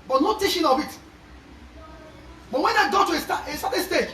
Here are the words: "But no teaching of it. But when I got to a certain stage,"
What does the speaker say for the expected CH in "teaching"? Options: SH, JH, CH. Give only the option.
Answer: SH